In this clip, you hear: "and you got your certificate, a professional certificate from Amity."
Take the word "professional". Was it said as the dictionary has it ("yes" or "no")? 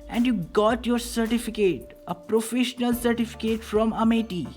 yes